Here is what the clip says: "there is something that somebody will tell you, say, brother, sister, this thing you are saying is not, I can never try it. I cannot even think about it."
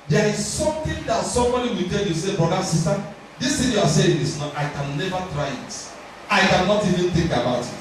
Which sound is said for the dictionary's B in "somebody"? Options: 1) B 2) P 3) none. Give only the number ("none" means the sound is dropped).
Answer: 3